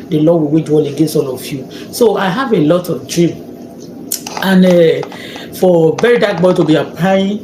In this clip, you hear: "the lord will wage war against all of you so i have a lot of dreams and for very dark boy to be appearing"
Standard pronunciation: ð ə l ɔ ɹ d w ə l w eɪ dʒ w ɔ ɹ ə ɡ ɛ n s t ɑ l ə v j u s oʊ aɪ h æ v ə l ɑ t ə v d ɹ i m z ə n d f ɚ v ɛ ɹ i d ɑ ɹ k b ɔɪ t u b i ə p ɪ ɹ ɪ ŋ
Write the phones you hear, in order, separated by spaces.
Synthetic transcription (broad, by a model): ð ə l ɔ w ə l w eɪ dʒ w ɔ l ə ɡ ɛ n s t ɑ l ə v j u s oʊ aɪ h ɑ v ə l ɑ t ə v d ɹ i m ə n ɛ f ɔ v ɛ ɹ i d ɑ k b ɔɪ t u b i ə p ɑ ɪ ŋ